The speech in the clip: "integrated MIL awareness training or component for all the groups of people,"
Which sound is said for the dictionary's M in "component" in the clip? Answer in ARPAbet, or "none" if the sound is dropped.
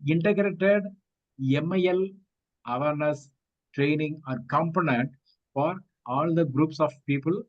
M